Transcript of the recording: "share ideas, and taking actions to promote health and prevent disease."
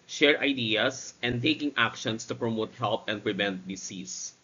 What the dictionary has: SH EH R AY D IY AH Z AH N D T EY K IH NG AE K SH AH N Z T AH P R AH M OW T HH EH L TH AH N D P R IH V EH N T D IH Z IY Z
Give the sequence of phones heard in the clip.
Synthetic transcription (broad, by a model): SH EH R AY D IY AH S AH N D T EY K IH NG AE K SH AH N S T AH P R AH M OW T HH EH L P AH N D P R IH V EH N T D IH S IY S